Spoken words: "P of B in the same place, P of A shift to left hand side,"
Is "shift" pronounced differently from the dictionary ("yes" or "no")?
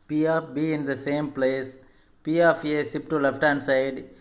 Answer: yes